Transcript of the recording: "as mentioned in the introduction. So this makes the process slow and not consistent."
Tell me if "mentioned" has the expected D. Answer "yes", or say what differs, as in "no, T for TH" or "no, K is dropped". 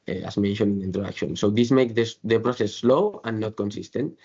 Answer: no, D is dropped